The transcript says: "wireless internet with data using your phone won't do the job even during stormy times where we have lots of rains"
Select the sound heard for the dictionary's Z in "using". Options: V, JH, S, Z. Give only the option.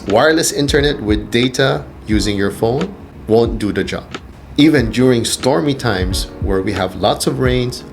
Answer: Z